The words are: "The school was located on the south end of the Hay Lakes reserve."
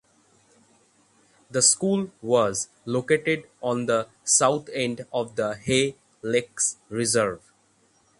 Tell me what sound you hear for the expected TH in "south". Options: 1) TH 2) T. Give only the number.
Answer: 2